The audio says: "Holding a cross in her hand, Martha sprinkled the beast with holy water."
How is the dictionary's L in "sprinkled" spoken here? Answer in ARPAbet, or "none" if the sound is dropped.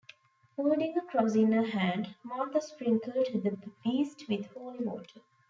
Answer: L